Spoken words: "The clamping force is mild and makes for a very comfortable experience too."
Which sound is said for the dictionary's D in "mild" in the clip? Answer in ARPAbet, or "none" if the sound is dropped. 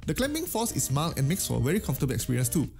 none